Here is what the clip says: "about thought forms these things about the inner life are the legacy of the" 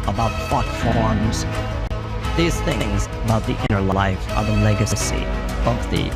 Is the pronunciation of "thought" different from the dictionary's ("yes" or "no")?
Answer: yes